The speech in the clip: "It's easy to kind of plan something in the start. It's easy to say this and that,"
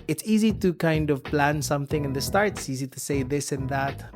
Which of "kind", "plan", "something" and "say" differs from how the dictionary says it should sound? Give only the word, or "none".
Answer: none